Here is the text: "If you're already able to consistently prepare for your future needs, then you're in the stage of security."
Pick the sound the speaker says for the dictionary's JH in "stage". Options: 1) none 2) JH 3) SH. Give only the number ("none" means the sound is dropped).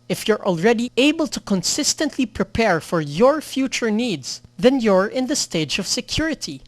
2